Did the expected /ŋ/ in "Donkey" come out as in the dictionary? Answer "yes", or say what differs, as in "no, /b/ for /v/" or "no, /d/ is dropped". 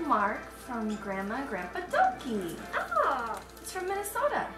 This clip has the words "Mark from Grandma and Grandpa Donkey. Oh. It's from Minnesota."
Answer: no, /ŋ/ is dropped